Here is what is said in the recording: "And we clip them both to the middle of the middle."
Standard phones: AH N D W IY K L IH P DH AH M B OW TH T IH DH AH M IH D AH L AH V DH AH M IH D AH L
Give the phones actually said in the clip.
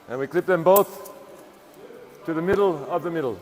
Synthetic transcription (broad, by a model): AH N W IY K L IH P DH AH M B OW TH T IH DH AH M IH D L AH V DH AH M IH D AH L